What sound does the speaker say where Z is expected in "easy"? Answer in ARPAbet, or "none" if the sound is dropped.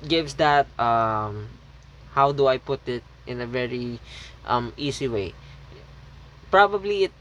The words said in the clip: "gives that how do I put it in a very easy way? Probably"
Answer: S